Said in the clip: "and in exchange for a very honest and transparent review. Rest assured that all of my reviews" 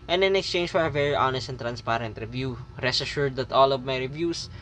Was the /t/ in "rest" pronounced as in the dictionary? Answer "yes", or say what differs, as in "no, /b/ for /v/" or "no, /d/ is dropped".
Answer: no, /t/ is dropped